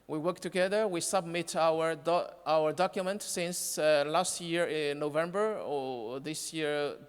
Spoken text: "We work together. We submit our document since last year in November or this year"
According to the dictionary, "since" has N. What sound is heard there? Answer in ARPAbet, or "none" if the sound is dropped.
N